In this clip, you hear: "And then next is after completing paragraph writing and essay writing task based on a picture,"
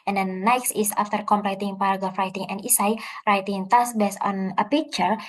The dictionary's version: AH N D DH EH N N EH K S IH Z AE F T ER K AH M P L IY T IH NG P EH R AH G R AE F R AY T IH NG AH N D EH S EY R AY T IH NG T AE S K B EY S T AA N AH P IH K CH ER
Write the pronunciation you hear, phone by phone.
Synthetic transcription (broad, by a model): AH N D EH N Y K S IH S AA F T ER K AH M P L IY T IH NG P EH R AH G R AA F R AY T IH NG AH N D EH S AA R AY T IH NG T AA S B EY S AA N AH P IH K CH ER